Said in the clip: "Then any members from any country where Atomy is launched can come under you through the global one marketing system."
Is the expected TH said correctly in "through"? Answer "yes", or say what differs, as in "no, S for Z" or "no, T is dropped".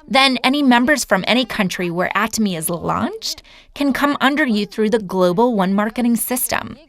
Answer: yes